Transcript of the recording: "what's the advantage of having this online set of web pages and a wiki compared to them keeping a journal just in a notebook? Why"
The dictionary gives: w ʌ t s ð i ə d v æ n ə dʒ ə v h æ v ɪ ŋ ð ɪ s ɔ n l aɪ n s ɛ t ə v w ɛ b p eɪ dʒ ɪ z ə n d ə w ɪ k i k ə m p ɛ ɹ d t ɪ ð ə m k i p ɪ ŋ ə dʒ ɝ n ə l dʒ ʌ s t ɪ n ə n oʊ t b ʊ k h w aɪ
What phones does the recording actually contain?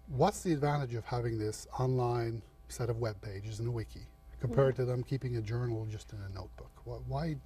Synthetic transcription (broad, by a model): w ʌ t s ð i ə d v æ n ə dʒ ə v h æ v ɪ ŋ ð ɪ s ɔ n l aɪ n s ɛ t ə v w ɛ b p eɪ dʒ ɪ z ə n ə w ɪ k i k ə m p ɛ ɹ d t ɪ ð ə m k i p ɪ ŋ ə dʒ ɝ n l dʒ ʌ s t ɪ n ə n oʊ t b ʊ k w w aɪ